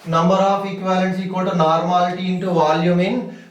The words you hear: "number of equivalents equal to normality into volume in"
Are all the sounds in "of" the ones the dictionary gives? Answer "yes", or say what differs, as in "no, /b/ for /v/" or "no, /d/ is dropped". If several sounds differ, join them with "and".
no, /p/ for /v/